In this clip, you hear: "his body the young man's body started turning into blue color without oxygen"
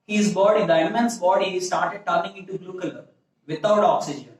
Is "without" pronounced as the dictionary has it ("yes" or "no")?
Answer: no